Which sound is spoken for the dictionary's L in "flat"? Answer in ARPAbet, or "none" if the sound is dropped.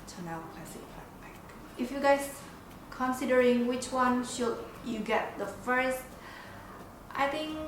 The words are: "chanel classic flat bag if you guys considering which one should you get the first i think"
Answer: none